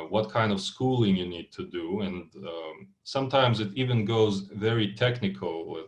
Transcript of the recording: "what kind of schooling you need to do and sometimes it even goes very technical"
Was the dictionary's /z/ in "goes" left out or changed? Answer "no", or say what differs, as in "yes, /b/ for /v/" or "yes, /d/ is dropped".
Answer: no